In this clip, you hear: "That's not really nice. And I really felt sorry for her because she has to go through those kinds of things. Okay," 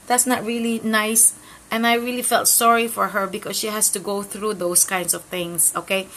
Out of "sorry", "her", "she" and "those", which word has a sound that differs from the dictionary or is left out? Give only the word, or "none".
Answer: those